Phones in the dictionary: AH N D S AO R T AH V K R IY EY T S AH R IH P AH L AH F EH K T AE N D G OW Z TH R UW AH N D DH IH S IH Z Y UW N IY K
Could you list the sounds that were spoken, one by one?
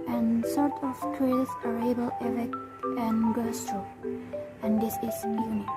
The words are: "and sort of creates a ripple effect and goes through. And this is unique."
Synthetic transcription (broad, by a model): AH N S AO R T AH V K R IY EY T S AH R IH B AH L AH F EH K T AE N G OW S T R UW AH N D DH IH S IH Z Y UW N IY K